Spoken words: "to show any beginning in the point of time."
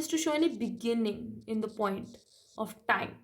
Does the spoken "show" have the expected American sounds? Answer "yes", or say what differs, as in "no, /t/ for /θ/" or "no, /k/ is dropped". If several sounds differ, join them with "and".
yes